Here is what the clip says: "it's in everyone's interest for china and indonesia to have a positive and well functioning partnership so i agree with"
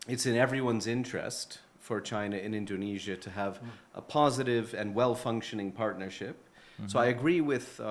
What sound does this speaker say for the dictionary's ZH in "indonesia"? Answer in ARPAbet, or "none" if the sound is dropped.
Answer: ZH